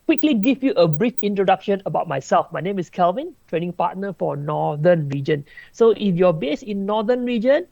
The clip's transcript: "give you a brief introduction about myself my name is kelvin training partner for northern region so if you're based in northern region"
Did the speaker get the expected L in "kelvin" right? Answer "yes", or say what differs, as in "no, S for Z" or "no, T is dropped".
yes